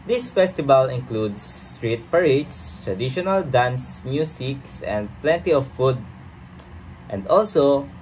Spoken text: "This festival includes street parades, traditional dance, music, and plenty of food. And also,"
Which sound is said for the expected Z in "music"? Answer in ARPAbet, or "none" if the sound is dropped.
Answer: S